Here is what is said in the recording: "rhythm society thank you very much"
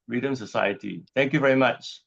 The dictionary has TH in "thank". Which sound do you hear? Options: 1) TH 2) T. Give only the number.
2